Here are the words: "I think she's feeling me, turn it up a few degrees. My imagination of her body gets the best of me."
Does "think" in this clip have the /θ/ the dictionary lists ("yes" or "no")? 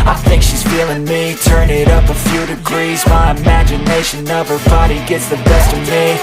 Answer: yes